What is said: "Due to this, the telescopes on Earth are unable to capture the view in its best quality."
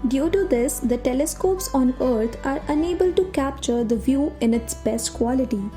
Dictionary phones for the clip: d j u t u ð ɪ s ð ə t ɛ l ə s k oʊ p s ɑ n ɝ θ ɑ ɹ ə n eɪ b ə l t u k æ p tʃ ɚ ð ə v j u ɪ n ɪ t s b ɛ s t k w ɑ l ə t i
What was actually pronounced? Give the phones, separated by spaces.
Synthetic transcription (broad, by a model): d j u t u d ɪ s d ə t ɛ l ə s k oʊ p s ɑ n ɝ t ɑ ɹ ə n eɪ b ə l t u k æ p tʃ ɚ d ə v j u ɪ n ɪ t s b ɛ s t k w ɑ l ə t i